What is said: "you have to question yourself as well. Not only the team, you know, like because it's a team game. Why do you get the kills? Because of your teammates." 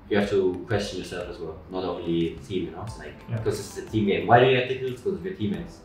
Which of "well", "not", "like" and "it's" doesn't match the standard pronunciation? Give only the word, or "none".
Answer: it's